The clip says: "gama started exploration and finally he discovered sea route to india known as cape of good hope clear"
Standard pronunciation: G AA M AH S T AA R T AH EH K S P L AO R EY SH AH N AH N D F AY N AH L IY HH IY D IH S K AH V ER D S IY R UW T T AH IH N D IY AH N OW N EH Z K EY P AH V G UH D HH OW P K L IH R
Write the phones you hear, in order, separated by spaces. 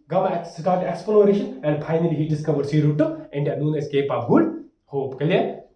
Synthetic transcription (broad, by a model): G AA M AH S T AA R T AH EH K S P L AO R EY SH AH N AH N D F AY N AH L IY HH IY D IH S K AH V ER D S IY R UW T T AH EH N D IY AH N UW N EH S K EY P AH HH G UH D HH OW P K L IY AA